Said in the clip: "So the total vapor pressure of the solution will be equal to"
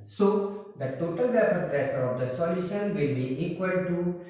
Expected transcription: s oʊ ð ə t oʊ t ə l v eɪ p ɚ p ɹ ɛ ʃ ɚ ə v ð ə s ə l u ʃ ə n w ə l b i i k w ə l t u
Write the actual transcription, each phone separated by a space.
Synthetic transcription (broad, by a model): s oʊ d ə t oʊ t ə l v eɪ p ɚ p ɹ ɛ s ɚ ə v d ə s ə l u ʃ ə n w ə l b i i k w ə l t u